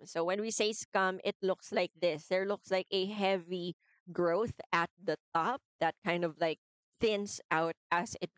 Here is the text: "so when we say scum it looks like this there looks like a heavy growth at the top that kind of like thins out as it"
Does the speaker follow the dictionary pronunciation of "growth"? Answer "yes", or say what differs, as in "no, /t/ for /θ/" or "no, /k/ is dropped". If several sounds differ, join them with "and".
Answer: yes